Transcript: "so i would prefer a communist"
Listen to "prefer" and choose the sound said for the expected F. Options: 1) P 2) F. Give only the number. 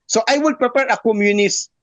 1